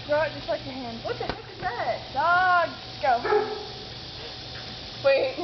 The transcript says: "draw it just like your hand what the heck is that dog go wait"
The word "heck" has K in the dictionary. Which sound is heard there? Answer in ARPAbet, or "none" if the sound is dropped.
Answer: none